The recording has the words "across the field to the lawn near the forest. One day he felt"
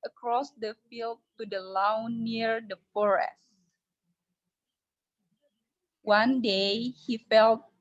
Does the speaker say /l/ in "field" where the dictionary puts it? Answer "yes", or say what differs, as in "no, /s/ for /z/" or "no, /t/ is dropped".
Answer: yes